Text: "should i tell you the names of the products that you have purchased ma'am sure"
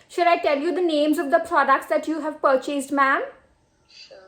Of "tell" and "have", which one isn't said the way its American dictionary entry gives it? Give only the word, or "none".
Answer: none